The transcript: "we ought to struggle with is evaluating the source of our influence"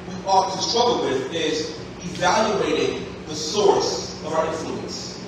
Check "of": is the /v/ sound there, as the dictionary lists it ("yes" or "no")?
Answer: yes